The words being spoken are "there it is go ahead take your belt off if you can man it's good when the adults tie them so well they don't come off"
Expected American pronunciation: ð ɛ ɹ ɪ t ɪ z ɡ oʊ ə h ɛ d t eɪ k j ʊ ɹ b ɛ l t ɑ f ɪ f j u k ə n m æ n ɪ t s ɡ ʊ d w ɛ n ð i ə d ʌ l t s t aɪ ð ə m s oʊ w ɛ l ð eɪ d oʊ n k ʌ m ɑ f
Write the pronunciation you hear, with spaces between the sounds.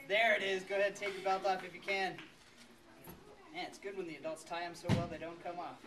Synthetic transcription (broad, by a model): ð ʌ ɹ ɪ t ɪ z ɡ oʊ ə h ɛ d t eɪ k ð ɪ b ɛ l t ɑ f ɪ f j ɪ k ə n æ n ɪ t s ɡ ʊ d w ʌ n ð i ə d ʌ l t s t aɪ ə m s oʊ w ɛ l ð eɪ d oʊ n k ʌ m ɑ f